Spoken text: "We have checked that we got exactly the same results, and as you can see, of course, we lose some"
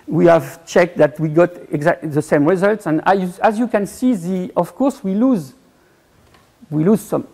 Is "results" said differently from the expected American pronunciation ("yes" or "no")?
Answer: no